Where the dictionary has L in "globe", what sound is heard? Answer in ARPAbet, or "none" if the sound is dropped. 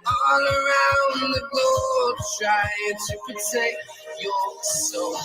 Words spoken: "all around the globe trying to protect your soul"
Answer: none